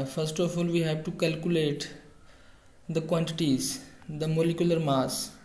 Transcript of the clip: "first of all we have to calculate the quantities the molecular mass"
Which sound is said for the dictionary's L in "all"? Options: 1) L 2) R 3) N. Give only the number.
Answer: 1